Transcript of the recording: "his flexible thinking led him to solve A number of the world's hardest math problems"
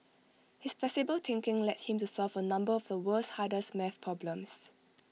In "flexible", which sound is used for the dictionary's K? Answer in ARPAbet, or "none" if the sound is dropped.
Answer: none